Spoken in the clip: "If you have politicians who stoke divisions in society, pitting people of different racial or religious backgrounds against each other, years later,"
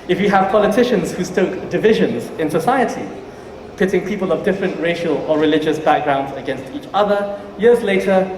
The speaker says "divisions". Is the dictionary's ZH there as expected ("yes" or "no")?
yes